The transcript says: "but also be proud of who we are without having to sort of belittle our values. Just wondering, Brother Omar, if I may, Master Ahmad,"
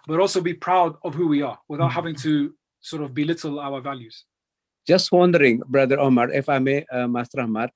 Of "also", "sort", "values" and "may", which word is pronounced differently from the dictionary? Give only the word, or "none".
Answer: none